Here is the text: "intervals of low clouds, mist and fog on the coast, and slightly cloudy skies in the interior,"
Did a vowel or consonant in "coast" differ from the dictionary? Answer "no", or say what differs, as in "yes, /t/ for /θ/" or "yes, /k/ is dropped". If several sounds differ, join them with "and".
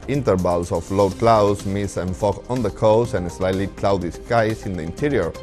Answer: yes, /t/ is dropped